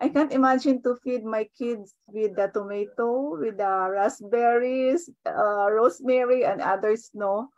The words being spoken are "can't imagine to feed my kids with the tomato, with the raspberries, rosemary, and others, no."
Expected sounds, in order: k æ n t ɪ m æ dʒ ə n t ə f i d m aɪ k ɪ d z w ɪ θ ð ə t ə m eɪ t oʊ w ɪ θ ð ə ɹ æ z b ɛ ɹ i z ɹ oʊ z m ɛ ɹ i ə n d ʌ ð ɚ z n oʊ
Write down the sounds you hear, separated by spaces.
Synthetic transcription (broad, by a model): k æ n t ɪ m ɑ dʒ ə n t ə f i d m aɪ k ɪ d s w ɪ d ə t ə m eɪ t oʊ w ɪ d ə ɹ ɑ s b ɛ ɹ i s ɹ oʊ s m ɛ ɹ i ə n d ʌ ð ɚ s n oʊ